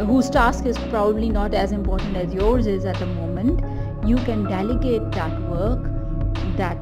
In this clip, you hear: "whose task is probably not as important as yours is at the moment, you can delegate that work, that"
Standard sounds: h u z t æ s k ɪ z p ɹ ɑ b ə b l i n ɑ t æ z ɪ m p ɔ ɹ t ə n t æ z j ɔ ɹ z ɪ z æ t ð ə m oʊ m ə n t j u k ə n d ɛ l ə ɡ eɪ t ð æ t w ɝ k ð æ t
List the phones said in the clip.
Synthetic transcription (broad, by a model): h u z t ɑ s k ɪ z p ɹ ɑ b ə b l i n ɑ t æ z ɪ m p ɔ ɹ t ə n t æ z j ɔ ɹ z ɪ z æ t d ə m oʊ m ə n t j u k ə n d ɛ l ə ɡ eɪ t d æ t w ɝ k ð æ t